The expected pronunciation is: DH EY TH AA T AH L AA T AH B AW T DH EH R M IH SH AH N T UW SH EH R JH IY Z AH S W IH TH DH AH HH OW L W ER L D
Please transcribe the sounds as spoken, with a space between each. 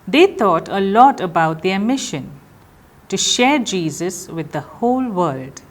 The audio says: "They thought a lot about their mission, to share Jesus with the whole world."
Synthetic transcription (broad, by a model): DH EY T AA T AH L AA T AH B AW T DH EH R M IH SH AH N T UW SH EH R JH IY Z AH S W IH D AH HH OW L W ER L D